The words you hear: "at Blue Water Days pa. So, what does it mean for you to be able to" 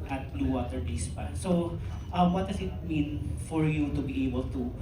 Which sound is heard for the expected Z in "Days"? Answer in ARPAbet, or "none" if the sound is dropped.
S